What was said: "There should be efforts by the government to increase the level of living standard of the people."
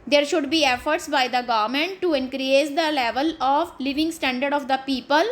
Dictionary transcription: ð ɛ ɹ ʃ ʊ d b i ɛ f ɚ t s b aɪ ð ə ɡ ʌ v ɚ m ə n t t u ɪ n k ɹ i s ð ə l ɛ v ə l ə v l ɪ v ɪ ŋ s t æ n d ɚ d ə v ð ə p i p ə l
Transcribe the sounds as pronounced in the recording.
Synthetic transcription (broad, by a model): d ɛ ɹ ʃ ʊ d b i ɛ f ɚ t s b aɪ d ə ɡ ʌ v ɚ m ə n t t u ɪ n k ɹ i s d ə l ɛ v ə l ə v l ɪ v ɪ ŋ s t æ n d ɚ d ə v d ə p i p ə l